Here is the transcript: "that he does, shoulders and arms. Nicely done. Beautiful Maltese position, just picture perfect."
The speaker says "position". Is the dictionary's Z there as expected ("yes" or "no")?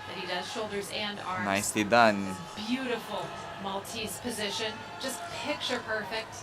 yes